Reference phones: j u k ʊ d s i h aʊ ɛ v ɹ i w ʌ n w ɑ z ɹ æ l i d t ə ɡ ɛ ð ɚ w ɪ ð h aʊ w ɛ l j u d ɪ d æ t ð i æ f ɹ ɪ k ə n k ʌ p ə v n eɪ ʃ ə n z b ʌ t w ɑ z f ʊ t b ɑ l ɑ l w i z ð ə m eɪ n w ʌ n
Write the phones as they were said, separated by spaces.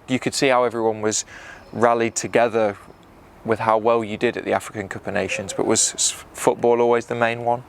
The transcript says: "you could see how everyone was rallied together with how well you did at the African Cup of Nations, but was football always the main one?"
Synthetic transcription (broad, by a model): j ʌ k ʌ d s i h aʊ ɛ v ɹ i w ʌ n w ɑ z ɹ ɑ l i d t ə ɡ ɛ ð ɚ w ɪ ð h aʊ w ɛ l j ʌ d ɪ d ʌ t ð i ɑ f ɹ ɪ k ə n k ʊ p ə n eɪ ʃ ə n z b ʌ t w ɑ z f ʊ t b ɑ l ɑ l w i z ð ə m eɪ n w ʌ n